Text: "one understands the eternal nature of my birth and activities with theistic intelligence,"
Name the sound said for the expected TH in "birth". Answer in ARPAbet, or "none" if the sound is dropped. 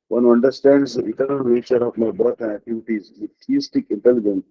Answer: T